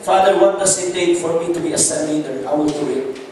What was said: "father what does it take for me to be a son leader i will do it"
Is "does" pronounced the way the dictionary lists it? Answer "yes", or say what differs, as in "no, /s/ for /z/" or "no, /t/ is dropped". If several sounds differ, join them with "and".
no, /s/ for /z/